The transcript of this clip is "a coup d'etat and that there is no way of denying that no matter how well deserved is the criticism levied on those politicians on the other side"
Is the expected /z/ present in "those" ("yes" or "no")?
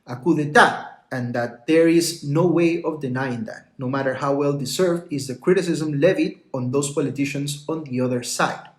no